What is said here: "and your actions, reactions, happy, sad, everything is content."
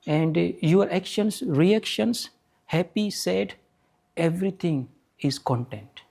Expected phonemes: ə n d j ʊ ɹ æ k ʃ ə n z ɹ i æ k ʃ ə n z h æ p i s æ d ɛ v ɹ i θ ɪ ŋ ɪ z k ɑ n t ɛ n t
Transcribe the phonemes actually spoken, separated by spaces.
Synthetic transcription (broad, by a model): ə n d j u ɹ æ k ʃ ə n s ɹ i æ k ʃ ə n s h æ p i s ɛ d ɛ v ɹ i t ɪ ŋ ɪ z k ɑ n t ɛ n t